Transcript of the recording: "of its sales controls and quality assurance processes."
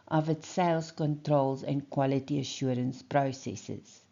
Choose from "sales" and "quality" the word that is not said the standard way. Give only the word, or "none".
sales